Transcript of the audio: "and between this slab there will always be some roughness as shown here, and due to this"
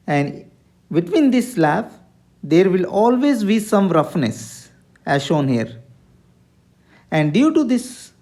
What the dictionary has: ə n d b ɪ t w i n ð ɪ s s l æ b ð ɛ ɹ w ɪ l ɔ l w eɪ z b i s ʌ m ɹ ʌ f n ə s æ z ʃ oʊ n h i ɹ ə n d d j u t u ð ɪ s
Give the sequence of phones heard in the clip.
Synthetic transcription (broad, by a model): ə n d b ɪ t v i n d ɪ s s l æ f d ɛ ɹ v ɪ l ɔ l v eɪ z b i s ʌ m ɹ ʌ f n ə s æ z ʃ oʊ n h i ɹ ə n d d j u t u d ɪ s